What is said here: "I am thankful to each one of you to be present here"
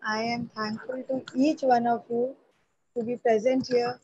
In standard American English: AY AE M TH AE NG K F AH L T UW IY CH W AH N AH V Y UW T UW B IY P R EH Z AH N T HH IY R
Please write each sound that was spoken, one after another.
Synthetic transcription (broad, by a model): AY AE M T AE NG K F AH L T UW IY CH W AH N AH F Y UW T UW B IY P R EH Z AH N T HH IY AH